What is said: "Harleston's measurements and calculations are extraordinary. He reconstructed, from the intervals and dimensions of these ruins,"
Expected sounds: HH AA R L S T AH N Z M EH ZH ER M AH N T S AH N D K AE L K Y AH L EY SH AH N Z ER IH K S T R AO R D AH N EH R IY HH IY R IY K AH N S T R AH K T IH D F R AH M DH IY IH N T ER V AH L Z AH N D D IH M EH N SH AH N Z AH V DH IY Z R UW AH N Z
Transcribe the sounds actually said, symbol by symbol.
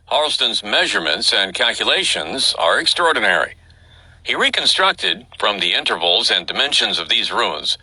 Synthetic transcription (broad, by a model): HH AA R L S T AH N Z M EH ZH ER M AH N T S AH N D K AE L K Y AH L EY SH AH N Z ER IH K S T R AO R D N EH R IY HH IY R IY K AH N S T R AH K T IH D F R AH M DH IY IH N T ER V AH L Z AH N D D IH M EH N SH AH N Z AH V DH IY Z R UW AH N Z